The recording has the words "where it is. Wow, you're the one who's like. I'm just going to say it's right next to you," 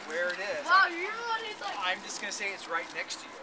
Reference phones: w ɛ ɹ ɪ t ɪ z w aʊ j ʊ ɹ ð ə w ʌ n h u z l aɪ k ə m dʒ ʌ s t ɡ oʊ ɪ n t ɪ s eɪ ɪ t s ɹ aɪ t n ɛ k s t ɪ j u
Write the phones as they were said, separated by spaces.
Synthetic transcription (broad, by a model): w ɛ ɹ ɪ t ɪ z w aʊ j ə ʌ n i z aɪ ə m dʒ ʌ s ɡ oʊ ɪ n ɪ s eɪ ɪ t s ɹ aɪ t n ɛ k s t ɪ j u